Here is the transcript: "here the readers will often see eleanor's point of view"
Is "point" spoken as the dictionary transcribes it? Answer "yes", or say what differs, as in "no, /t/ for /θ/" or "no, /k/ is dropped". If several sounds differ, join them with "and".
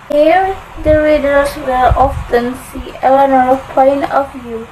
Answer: no, /t/ is dropped